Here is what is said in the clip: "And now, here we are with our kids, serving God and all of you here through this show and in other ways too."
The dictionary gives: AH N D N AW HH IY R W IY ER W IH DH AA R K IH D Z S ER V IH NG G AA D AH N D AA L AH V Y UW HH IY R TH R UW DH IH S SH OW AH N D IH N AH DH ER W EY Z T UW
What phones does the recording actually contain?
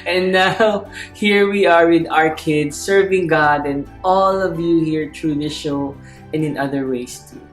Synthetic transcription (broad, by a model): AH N N AW HH IY R W IY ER W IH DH AA R K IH D S ER V IH NG G AA D AH N D AA L AH V Y UW HH IY R T R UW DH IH SH OW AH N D IH N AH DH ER W EY S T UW